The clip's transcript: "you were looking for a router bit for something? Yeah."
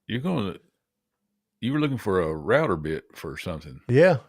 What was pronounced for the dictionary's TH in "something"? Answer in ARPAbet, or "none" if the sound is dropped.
TH